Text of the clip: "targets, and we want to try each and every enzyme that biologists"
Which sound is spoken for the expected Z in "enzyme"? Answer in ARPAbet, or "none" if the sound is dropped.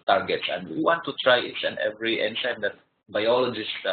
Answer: S